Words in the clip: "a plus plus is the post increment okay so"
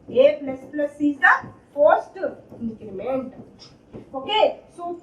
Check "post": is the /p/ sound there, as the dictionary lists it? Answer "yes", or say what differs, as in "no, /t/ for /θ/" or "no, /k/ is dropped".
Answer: no, /f/ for /p/